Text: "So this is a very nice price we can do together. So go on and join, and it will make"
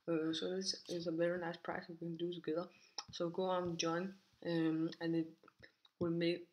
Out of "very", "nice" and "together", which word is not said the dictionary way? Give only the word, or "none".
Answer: very